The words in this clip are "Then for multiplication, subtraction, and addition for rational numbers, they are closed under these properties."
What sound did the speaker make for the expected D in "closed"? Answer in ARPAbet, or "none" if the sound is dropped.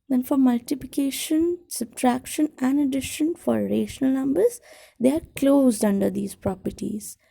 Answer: D